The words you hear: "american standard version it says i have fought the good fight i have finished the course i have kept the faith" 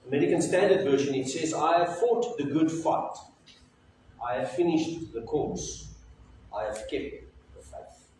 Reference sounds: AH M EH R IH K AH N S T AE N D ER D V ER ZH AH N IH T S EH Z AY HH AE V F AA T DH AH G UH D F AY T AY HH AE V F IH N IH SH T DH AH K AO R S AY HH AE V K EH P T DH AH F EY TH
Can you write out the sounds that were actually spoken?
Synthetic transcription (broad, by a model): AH M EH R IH K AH N S T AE N D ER D V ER SH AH N IH T S EH Z AY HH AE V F AA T DH AH G UH D F AY T AY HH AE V F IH N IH SH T DH AH K AO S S AY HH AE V K EH P T DH AH F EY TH